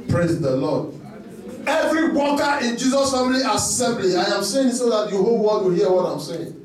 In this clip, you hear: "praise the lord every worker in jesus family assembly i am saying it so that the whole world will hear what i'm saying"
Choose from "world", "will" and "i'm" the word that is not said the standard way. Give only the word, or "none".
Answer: world